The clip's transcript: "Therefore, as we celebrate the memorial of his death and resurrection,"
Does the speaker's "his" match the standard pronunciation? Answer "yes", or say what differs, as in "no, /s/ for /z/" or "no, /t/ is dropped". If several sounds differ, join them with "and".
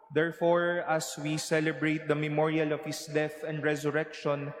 no, /s/ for /z/